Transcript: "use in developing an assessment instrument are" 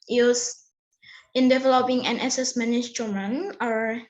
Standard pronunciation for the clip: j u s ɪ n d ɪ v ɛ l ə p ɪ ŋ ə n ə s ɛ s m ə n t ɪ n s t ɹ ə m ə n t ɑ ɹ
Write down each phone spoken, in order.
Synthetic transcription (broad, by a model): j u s ɪ n d ɪ v ɛ l ə p ɪ ŋ ə n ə s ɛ s m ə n ɪ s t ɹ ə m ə n ɑ ɹ